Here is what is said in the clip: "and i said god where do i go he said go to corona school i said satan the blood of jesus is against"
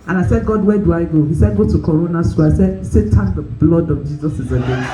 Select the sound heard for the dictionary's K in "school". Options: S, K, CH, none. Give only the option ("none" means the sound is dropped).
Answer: none